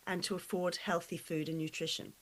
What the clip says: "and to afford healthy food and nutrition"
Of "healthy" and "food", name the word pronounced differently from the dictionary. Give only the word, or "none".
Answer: none